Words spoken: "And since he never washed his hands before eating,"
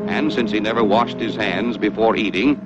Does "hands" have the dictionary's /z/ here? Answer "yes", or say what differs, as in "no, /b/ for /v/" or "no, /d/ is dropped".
yes